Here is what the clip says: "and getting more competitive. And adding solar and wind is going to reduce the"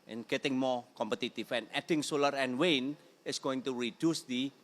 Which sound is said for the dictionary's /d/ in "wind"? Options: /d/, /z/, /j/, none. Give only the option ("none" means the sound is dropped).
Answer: none